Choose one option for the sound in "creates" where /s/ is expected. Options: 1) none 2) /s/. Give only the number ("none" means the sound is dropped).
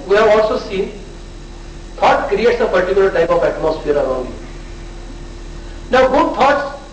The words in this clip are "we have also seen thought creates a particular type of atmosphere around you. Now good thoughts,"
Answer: 2